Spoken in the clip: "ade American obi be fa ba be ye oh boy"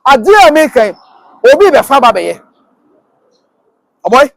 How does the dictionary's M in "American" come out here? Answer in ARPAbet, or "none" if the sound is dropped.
none